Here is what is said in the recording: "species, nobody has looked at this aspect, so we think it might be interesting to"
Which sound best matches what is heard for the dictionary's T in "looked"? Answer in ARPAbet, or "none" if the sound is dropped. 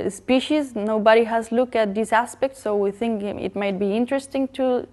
none